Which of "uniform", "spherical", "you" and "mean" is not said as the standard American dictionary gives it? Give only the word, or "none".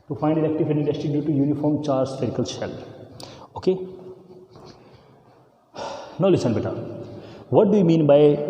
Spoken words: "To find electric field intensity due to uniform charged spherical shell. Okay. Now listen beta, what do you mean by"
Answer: spherical